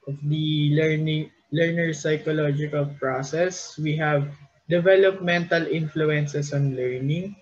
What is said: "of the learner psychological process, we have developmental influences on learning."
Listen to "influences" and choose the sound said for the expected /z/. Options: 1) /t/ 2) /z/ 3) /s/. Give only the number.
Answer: 3